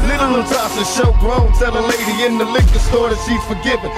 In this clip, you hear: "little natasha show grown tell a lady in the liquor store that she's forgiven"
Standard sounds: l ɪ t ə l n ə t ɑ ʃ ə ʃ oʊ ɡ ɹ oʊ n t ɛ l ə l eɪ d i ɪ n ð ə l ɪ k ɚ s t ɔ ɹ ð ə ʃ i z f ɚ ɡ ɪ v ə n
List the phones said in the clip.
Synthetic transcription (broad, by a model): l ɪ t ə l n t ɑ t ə ʃ oʊ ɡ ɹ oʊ l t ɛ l ə l eɪ d i ɪ n ð ə l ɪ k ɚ s t ɔ ɹ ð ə s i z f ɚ ɡ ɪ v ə